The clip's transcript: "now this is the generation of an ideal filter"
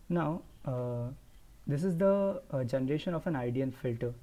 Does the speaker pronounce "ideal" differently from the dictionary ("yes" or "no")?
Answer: yes